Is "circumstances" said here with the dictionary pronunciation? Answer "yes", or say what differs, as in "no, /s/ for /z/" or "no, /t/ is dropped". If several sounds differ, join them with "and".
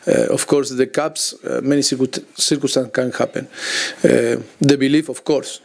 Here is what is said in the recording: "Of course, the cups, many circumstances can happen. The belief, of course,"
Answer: no, /m/ is dropped